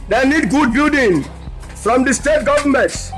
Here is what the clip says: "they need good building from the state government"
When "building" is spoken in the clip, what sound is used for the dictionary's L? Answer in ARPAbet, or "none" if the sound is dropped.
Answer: none